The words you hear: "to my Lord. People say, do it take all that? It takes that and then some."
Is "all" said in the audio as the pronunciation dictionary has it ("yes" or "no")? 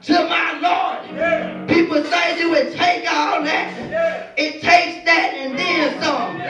no